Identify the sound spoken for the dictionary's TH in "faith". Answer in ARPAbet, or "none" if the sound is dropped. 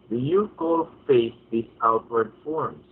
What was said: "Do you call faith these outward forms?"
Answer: S